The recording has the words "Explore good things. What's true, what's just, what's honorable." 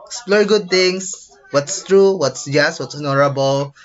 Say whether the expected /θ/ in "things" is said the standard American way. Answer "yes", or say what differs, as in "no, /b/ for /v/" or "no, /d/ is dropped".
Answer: no, /t/ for /θ/